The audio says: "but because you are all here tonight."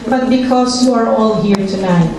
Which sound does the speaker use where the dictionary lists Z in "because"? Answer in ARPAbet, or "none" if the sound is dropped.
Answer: S